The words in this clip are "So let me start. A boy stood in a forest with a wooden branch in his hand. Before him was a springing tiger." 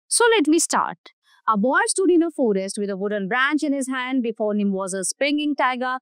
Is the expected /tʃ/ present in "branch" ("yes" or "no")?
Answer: yes